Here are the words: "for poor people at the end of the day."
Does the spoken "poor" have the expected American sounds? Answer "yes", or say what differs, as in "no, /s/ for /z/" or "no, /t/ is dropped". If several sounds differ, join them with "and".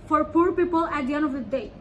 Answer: yes